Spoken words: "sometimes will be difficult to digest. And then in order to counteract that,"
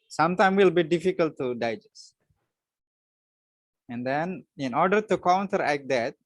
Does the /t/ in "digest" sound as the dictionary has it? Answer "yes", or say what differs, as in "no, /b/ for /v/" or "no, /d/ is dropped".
no, /t/ is dropped